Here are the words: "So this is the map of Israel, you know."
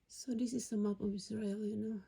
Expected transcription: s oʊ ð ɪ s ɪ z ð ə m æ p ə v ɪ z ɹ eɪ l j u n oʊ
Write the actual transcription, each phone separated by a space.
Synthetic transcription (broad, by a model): s oʊ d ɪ s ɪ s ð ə m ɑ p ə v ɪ s ɹ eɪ l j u n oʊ